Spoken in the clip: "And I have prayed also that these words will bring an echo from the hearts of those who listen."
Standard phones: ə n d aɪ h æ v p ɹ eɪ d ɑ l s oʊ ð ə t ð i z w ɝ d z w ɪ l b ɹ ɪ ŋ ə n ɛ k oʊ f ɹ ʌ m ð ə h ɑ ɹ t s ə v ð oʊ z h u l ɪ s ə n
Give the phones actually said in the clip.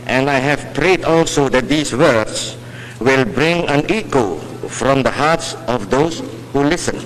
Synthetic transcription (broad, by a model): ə n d aɪ h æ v p ɹ eɪ d ɑ l s oʊ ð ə t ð i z w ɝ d s w ɪ l b ɹ ɪ ŋ ə n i k oʊ f ɹ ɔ m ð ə h ɑ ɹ t s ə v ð oʊ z h u l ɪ s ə n